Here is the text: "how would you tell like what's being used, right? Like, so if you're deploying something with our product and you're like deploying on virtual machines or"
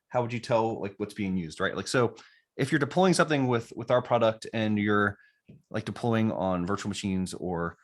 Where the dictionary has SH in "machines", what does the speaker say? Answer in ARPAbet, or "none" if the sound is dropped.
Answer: SH